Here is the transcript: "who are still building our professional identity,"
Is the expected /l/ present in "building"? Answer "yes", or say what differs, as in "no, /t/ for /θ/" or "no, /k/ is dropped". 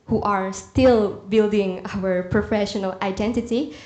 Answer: yes